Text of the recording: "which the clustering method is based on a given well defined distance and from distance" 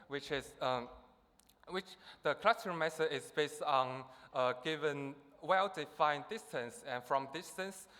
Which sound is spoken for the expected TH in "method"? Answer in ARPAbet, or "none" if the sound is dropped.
S